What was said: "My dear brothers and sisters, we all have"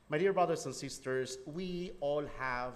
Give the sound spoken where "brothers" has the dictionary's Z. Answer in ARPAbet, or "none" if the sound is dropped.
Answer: S